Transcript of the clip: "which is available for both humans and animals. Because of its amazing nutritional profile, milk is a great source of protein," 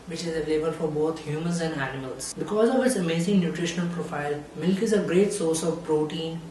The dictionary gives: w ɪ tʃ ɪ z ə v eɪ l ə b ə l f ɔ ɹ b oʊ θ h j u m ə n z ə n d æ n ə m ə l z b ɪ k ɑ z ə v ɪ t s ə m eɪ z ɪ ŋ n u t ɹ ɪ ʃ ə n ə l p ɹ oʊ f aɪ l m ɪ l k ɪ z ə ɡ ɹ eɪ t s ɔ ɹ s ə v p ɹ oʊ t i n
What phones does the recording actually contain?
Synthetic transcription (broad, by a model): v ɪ tʃ ɪ z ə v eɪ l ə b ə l f ɔ ɹ b oʊ t h j u m ə n z ə n d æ n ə m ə l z b ɪ k ɑ z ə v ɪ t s ə m eɪ z ɪ ŋ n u t ɹ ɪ ʃ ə n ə l p ɹ oʊ f aɪ l m ɪ l k ɪ z ə ɡ ɹ eɪ t s ɔ ɹ s ə v p ɹ oʊ t i n